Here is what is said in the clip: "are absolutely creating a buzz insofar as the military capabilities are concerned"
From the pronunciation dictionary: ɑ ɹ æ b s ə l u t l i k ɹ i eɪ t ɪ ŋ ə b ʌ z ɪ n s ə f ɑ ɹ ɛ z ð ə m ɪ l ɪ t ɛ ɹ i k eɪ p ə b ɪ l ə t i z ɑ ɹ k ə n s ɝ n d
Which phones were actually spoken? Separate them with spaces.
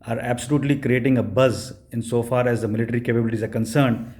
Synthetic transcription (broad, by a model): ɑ ɹ æ b s ə l u t l i k ɹ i eɪ t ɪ ŋ ə b ʌ z ɪ n s ə f ɑ ɹ ɛ z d ə m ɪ l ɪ t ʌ ɹ i k eɪ p ə b ɪ l ə t i z ɑ ɹ k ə n s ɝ n d